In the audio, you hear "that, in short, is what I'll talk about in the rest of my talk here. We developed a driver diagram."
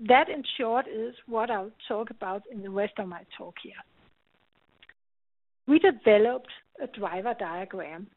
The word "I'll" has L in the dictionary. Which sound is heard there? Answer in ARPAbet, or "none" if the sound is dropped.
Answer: W